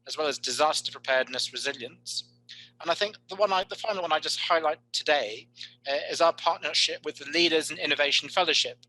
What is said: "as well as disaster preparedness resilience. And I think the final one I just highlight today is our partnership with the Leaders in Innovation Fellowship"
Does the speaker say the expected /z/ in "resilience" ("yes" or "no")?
yes